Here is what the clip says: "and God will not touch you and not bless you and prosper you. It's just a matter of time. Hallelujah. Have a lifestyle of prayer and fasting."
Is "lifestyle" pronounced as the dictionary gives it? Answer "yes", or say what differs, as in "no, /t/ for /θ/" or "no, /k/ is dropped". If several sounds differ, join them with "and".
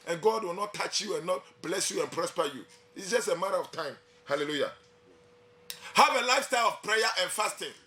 yes